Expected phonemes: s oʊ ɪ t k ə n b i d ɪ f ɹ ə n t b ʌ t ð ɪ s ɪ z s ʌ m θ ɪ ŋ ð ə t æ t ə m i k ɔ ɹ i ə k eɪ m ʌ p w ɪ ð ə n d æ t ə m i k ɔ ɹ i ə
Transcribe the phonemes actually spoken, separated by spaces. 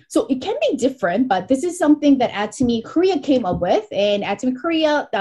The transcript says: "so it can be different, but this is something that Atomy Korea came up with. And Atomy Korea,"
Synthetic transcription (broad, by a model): s oʊ ɪ t k ə n b i d ɪ f ɹ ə n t b ʌ t ð ɪ s ɪ z s ʌ m θ ɪ ŋ ð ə t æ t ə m i k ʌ ɹ i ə k eɪ m ʌ p w ɪ ð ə n æ t ə m i k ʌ ɹ i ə